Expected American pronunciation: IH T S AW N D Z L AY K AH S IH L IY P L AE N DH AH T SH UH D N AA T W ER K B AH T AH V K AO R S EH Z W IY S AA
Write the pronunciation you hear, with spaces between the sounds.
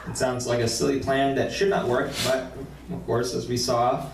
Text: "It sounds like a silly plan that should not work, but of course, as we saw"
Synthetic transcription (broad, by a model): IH T S AW N D Z L AY K AH S IH L IY P L AE N DH AH T SH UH D N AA T W ER K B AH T AH V K AO R S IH Z W IY S AA